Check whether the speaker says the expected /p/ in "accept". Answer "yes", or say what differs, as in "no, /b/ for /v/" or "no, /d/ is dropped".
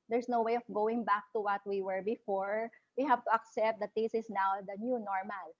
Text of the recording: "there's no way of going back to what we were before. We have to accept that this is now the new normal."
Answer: yes